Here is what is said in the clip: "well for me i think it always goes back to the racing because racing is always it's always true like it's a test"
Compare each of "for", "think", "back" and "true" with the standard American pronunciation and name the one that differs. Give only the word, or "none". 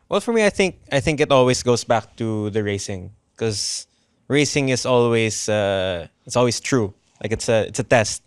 none